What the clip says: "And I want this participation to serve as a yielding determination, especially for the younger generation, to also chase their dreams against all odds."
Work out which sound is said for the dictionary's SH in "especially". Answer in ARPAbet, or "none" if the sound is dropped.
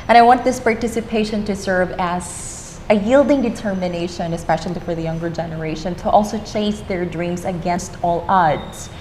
SH